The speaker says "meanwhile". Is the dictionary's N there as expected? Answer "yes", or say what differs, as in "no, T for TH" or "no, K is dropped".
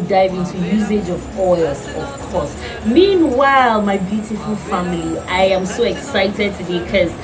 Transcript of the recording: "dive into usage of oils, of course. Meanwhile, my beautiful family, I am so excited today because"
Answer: yes